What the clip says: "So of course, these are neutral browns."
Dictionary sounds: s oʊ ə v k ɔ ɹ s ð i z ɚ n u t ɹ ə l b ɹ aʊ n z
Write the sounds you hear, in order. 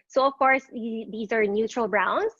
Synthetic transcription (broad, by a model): s oʊ ə v k ɔ ɹ s ð i z ɚ n u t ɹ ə l b ɹ aʊ n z